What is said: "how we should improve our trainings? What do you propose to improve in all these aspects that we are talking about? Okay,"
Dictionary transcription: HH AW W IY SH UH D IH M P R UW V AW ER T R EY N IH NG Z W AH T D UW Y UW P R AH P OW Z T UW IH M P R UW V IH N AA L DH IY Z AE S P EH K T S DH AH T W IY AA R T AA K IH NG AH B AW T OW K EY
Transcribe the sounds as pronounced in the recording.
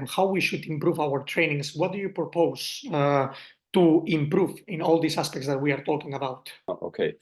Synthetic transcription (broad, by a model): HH AW W IY SH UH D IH M P R UW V AW ER T R EY N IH NG S W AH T D UW Y UW P R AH P OW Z T UW IH M P R UW V IH N AA L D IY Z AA S P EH K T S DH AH T W IY AA R T AA K IH NG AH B AW T OW K EY